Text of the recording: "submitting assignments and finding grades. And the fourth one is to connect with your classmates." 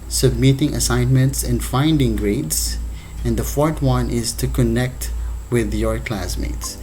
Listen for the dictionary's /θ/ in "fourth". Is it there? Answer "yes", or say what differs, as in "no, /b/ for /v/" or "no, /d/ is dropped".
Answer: no, /t/ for /θ/